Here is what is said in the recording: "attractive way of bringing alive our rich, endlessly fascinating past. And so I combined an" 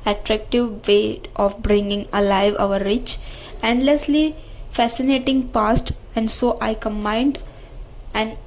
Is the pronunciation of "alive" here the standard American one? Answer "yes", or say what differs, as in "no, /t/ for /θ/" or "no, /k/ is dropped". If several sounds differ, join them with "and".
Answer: yes